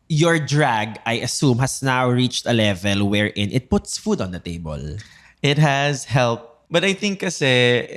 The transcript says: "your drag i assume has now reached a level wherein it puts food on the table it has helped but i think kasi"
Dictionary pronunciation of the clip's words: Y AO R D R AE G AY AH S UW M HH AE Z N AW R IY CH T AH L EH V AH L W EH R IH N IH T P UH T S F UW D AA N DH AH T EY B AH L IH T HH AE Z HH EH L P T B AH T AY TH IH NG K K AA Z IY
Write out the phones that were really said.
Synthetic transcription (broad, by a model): Y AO R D R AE G AY AH S UW M HH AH S N AW R IY CH T AH L EH V AH L W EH R IH N IH T P UH T S F UW D AA N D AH T EY B AH L IH T HH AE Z HH EH L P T B AH T AY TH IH NG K K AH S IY